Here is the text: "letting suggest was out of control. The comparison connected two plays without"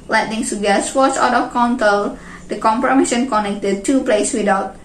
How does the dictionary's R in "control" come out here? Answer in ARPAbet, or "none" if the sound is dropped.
none